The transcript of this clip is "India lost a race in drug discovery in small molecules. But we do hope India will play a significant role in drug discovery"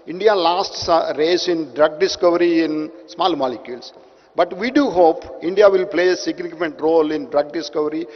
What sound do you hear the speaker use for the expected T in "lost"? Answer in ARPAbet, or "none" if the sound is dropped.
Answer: T